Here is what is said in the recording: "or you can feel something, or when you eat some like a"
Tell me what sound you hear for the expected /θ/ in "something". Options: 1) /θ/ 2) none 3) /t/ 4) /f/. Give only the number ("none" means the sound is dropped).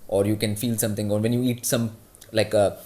3